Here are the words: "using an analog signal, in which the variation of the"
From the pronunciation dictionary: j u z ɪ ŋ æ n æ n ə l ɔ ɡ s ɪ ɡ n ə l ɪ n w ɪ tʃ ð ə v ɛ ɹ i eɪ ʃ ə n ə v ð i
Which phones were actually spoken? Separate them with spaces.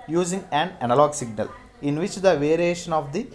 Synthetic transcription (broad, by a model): j u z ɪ ŋ æ n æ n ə l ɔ ɡ s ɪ ɡ n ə l ɪ n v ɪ tʃ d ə v ɛ ɹ i eɪ ʃ ə n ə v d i